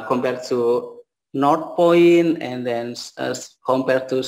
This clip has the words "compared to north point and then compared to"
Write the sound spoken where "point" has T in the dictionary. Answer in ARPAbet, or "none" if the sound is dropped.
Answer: none